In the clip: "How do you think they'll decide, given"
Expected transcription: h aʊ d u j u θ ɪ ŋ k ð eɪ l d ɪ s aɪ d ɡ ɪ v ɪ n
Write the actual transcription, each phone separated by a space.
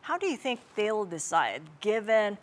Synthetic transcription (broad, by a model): h aʊ d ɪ j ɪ θ ɪ ŋ k ð eɪ l d ɪ s aɪ d ɡ ɪ v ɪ n